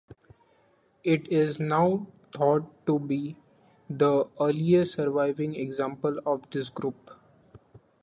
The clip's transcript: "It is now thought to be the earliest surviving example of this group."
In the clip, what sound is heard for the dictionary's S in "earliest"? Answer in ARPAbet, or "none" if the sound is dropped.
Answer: none